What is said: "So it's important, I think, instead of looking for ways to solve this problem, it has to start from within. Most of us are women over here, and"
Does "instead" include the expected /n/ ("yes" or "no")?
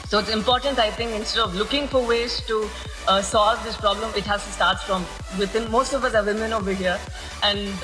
yes